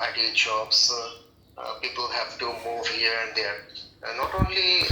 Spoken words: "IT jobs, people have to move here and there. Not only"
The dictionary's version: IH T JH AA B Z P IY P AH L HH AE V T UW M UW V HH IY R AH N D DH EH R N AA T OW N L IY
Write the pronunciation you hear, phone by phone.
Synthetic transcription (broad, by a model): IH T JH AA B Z P IY P AH L HH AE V T UW M UW V HH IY R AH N D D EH R N AA T OW N L IY